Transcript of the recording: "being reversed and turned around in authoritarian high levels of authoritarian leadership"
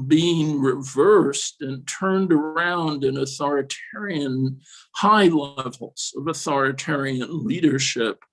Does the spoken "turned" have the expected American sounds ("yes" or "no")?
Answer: yes